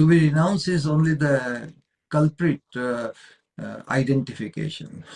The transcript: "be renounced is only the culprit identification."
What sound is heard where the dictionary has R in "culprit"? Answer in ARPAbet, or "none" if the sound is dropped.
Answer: R